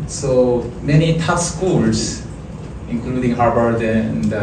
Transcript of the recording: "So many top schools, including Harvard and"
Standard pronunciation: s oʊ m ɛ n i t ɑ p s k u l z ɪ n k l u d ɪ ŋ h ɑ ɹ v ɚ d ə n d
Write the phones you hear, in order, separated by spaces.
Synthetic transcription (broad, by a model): s oʊ m ɛ n i t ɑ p s k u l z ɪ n k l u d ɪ ŋ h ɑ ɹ b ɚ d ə n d